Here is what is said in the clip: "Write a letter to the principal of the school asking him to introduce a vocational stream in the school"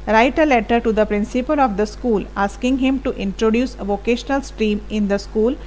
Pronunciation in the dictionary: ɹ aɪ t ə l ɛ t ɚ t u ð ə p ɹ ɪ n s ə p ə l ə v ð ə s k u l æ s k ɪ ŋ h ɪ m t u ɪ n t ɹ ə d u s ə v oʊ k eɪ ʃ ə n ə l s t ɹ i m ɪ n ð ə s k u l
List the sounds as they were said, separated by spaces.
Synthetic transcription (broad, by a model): ɹ aɪ t ə l ɛ t ɚ t u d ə p ɹ ɪ n s ə p ə l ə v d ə s k u l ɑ s k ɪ ŋ h ɪ m t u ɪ n t ɹ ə d u s ə v oʊ k eɪ ʃ ə n ə l s t ɹ i m ɪ n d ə s k u l